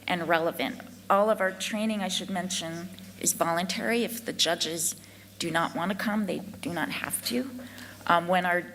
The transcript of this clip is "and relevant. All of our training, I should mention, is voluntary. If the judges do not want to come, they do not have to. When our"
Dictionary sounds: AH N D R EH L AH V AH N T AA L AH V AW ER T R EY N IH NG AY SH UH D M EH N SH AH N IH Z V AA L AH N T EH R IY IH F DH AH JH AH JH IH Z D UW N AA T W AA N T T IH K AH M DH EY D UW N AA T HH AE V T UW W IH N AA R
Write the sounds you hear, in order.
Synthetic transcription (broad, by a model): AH N R EH L AH V AH N T AA L AH V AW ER T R EY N IH NG AY SH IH D M EH N SH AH N IH Z V AA L AH N T EH R IY IH F DH AH JH AH JH IH Z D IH N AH T W AA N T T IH K AH M DH EY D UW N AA T HH AE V T UW W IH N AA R